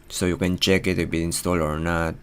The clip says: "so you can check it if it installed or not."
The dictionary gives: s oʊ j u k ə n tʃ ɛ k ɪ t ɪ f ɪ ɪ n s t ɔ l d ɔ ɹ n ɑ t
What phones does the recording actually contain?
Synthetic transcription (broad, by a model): s oʊ j u k ə n tʃ ɛ k ɪ t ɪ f ɪ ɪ n s t ɔ l ɔ ɹ n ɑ t